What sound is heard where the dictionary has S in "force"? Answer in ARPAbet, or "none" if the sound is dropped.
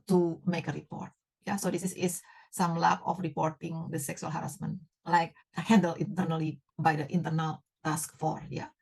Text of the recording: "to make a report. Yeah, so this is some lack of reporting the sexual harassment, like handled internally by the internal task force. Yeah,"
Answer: none